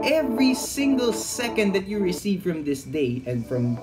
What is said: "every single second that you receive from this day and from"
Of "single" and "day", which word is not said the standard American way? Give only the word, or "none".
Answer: none